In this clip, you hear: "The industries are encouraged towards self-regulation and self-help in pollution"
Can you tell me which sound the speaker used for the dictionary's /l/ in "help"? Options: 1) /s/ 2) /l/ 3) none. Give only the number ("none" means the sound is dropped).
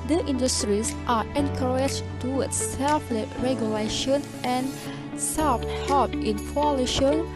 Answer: 3